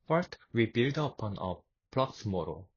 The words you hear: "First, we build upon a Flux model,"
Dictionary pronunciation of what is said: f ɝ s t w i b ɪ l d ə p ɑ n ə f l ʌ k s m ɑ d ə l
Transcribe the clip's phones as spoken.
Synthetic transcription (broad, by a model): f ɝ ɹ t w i b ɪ l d ə p ɑ n ə p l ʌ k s m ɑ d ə